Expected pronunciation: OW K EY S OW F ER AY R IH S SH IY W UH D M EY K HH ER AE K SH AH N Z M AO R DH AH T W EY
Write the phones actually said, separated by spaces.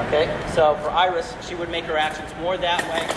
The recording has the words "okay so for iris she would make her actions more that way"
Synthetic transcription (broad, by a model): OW K EY S OW F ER AY R IH S SH IY W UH D M EY K HH ER AE K SH AH N Z M AO R DH AH T W EY